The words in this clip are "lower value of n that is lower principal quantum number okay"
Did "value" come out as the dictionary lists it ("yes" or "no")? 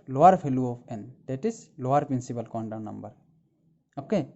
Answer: no